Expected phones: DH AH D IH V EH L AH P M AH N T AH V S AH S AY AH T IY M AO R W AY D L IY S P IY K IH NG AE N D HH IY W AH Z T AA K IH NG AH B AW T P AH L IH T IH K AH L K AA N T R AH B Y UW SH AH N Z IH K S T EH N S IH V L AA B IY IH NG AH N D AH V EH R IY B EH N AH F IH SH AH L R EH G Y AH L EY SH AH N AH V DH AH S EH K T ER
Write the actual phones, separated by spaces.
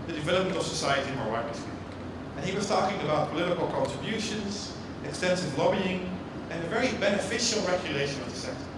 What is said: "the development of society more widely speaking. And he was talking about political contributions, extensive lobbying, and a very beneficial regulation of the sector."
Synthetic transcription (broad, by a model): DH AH D IH V EH L AH P M AH N T AH V S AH S AY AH T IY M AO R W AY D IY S IY IH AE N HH IY W AH Z T AA K IH NG AH B AW T P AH L IH T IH K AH L K AA N T R AH B Y UW SH AH N Z IH K S T EH N S IH V L AA B IY IH NG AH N AH V EH R IY B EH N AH F IH SH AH L R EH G Y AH L EY SH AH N AH V DH AH S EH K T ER